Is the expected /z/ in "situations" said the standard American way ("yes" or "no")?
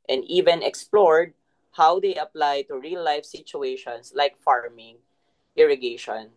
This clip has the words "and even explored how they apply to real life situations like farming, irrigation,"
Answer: no